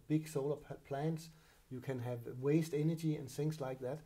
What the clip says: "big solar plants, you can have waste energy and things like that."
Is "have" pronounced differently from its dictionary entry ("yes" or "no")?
no